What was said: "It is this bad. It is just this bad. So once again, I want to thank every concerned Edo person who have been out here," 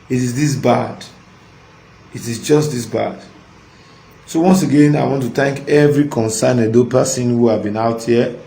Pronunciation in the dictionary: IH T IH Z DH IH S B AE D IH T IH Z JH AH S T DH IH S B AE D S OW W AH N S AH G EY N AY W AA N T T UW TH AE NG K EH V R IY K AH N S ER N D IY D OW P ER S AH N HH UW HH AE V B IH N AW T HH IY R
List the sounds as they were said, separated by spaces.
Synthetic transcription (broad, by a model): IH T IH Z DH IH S B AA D IH T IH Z JH AH S T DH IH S B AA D S OW W AH N S AH G EY N AY W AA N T T UW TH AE NG K EH V R IY K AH N S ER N EH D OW P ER S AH N HH UW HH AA V B IH N AW T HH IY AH